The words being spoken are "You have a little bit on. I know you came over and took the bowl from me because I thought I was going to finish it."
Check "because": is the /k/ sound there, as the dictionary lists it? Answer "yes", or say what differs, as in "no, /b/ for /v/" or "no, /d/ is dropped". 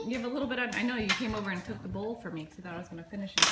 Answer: no, /k/ is dropped